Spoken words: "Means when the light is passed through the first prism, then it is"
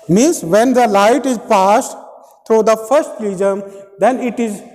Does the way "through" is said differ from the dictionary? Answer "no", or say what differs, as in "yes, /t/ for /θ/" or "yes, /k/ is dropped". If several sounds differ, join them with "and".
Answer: yes, /t/ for /θ/